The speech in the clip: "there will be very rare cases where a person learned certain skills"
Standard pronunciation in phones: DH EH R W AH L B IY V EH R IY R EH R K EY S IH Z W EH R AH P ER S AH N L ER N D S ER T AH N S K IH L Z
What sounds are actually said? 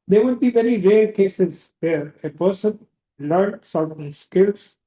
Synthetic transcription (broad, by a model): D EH R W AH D B IY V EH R IY R EH R K EY S IH Z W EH R AH P ER S AH N L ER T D S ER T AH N S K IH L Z